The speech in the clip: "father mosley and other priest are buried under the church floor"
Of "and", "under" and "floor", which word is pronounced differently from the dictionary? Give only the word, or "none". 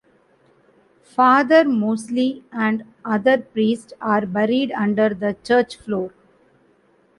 none